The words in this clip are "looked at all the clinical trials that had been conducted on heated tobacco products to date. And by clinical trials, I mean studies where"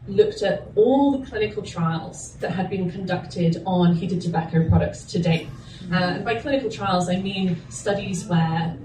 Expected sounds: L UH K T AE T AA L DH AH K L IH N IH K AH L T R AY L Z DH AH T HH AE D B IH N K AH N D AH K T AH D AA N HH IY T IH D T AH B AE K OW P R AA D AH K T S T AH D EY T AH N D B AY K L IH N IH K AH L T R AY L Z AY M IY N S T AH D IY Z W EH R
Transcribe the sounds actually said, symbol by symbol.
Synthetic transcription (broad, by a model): L UH K T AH T AA L DH AH K L IH N IH K AH L T R AY L Z DH AH T HH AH D B IH N K AH N D AH K T AH D N HH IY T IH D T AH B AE K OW P R AA D AH K T S T AH D EY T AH N B AY K L IH N IH K AH L T R AY L Z AY M IY N S T AH D IY Z W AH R